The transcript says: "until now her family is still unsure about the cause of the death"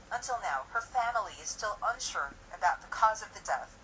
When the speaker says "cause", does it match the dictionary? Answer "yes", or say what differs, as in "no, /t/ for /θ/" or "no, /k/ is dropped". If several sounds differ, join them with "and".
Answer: yes